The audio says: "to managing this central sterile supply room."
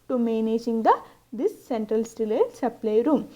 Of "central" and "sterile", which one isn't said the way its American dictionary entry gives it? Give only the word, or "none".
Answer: sterile